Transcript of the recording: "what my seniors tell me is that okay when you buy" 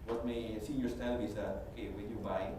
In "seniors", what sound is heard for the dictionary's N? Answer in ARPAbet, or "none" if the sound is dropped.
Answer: none